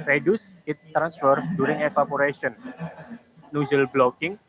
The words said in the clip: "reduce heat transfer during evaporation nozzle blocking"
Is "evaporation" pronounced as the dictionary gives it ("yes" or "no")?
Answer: no